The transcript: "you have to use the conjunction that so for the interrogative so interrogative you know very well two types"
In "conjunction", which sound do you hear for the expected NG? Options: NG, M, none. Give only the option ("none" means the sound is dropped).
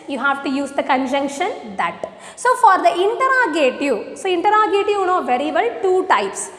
NG